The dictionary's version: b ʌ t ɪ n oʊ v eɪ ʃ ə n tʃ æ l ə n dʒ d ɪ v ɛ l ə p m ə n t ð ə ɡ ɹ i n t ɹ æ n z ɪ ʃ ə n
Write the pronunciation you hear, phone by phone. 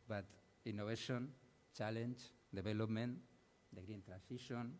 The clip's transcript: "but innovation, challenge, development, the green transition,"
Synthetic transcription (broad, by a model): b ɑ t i n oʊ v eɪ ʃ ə n tʃ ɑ l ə n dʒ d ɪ b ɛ l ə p m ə n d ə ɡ ɹ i n t ɹ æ n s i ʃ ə n